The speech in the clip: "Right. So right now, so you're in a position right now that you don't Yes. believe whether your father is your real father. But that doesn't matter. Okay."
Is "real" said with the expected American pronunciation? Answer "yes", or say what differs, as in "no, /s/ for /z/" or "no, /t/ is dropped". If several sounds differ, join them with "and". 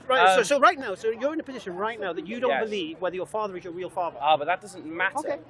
yes